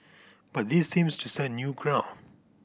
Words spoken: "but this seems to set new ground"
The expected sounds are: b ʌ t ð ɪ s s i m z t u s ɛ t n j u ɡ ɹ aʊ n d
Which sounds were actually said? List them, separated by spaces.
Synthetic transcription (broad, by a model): b ʌ t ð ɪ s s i m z t u s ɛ n j u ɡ ɹ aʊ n